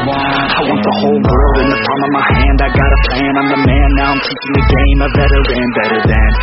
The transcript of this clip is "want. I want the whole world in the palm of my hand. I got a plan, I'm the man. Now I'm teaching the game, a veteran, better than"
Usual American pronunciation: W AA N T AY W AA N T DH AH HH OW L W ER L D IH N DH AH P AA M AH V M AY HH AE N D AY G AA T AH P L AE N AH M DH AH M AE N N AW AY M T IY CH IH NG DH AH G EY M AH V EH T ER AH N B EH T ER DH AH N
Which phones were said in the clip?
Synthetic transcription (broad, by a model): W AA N AY W AA N T DH AH HH OW L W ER L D IH N DH AH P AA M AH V M AY HH AE N D AY G AA T AH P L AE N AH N DH AH M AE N N AW AY M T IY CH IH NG DH AH G EY M AH B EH T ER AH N B EH T ER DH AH N